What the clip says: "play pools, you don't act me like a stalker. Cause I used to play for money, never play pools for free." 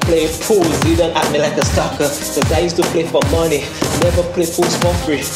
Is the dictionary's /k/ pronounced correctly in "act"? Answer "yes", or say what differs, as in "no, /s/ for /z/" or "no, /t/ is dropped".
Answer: no, /k/ is dropped